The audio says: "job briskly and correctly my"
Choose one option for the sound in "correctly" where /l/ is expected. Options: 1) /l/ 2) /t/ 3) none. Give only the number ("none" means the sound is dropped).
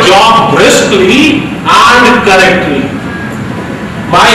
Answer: 3